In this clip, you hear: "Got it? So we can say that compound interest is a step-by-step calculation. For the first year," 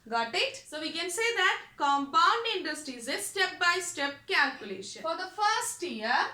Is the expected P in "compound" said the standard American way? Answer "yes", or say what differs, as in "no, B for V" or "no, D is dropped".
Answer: yes